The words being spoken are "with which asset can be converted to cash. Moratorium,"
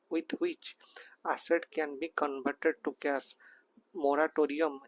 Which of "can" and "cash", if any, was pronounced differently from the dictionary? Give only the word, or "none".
cash